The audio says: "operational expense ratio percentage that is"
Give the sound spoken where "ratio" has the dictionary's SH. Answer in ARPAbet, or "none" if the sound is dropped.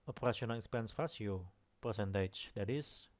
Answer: S